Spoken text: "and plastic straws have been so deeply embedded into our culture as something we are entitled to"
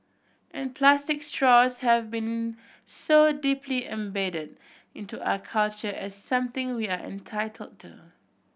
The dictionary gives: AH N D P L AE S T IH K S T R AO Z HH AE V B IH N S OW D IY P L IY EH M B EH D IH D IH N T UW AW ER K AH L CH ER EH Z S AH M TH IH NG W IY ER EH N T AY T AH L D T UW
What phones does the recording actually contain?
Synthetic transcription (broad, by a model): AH N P L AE S T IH K S T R AO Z HH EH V B IH N S OW D IY P L IY EH M B EH D IH D IH N T UW AW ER K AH L CH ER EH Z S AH M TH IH NG W IY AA EH N T AY T AH L D T UW